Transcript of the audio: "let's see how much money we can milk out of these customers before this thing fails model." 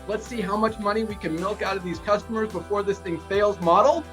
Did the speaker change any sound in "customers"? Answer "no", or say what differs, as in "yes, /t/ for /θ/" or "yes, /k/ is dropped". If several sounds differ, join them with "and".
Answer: no